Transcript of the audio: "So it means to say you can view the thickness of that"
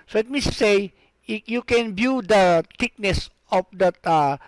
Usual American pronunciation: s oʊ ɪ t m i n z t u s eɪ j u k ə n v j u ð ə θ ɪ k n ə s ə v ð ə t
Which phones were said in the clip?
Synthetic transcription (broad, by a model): s oʊ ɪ t m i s t u s eɪ j u k ə n b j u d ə t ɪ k n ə s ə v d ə t